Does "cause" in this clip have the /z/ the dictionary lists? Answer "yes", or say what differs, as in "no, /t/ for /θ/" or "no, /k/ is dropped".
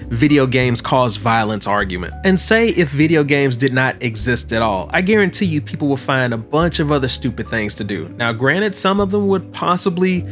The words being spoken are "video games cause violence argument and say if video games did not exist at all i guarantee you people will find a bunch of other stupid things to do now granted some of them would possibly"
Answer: yes